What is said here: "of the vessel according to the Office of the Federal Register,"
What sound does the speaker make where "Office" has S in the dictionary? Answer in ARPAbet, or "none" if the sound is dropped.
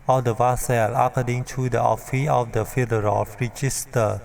none